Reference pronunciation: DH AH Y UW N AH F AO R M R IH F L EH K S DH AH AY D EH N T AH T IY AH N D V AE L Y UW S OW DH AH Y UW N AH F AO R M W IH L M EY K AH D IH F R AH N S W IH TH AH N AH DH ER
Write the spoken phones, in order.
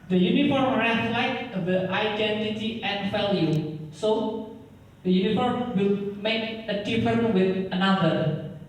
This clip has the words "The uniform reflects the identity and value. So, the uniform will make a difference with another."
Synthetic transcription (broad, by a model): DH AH Y UW N AH F AO R M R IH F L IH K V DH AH AY D EH N T AH T IY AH N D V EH L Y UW S OW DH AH Y UW N AH F AO R M W IH L M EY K AH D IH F AH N W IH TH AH N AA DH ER